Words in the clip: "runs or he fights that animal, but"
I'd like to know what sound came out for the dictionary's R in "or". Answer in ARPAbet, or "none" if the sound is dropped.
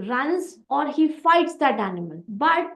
R